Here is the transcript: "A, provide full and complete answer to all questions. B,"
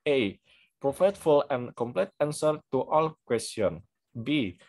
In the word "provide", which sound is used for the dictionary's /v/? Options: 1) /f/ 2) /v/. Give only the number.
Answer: 1